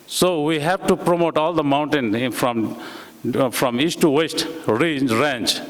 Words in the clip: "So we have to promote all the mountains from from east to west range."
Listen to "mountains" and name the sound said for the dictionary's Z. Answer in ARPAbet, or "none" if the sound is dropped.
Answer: none